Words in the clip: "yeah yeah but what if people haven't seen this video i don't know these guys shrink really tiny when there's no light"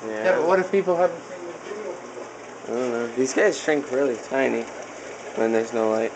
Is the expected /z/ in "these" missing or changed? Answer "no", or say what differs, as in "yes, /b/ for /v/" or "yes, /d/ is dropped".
no